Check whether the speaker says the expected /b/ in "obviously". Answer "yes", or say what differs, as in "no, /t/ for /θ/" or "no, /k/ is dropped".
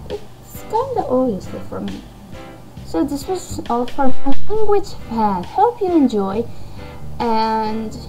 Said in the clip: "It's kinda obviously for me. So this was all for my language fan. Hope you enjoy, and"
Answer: no, /b/ is dropped